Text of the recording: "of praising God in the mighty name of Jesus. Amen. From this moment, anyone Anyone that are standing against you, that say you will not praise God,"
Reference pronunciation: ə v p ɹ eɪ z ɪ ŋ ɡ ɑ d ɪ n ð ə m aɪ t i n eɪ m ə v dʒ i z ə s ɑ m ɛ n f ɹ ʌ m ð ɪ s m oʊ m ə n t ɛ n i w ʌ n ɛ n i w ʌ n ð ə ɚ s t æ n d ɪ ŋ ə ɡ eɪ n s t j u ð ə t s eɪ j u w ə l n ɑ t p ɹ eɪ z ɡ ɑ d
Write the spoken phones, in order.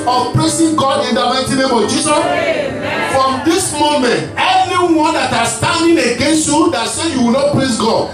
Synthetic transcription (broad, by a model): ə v p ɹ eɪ s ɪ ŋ ɡ ɑ d ɪ n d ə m aɪ t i n eɪ m ə v dʒ i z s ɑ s f ɹ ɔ m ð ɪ s m oʊ m ə n t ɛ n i w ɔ n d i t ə s t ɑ n d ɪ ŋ ə ɡ eɪ n s t j u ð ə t s eɪ j u w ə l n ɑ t p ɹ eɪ s ɡ ɑ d